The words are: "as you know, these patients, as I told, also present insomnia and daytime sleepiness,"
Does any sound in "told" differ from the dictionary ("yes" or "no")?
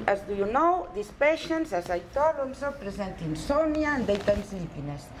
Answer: yes